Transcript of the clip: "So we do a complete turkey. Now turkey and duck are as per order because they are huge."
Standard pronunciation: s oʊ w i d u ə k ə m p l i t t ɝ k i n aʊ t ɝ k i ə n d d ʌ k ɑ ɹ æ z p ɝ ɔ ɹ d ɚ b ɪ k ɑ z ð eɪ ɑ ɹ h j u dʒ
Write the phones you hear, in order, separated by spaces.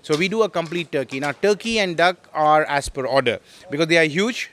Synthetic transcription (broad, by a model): s oʊ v i d u ə k ə m p l i t t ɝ k i n aʊ t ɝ k i ə n d d ʌ k ɑ ɹ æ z p ɝ ɔ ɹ d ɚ b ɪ k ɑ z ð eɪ ɑ ɹ h j u dʒ